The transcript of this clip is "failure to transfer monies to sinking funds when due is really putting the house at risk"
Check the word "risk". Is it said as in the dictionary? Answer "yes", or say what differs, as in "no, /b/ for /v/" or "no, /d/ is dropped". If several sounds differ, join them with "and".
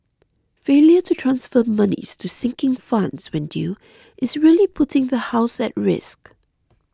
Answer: yes